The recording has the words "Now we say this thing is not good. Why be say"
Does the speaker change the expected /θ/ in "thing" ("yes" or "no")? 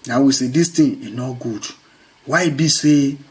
yes